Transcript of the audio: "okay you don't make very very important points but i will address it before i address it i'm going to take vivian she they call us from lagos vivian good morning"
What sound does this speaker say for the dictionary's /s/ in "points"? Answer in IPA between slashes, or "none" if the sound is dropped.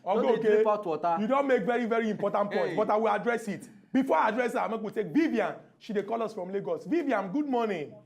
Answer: none